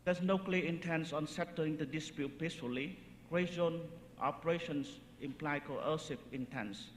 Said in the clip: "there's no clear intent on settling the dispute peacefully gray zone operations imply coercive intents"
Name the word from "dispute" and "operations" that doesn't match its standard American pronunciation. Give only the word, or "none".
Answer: operations